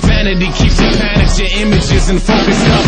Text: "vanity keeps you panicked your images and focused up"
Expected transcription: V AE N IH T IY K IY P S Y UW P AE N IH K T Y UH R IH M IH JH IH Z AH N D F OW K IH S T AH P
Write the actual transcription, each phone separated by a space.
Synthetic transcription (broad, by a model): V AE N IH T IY K IY P S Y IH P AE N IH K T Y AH R IH M IH JH IH Z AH N F OW K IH S AH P